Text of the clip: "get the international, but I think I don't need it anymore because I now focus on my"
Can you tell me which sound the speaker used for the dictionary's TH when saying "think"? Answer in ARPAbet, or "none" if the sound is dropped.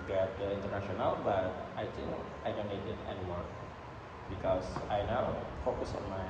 T